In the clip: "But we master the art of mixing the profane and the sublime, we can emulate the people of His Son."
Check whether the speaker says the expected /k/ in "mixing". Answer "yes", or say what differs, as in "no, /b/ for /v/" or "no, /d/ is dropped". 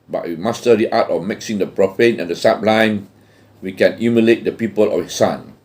yes